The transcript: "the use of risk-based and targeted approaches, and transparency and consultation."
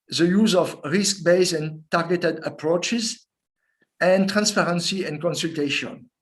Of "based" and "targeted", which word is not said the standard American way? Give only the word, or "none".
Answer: based